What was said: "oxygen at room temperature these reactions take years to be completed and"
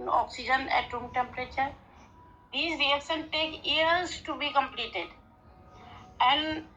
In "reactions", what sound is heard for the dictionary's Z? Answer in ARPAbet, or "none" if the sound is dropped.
none